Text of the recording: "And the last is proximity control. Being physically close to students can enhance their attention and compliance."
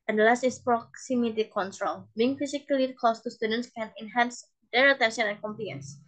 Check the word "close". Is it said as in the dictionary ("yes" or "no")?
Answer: no